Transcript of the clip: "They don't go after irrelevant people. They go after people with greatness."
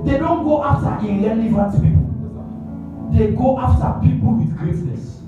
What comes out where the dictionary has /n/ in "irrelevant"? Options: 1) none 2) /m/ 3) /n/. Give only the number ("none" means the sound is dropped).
1